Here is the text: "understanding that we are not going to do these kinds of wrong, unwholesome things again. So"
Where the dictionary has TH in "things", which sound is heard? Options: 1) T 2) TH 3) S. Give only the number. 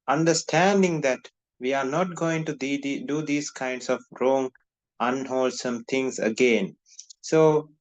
1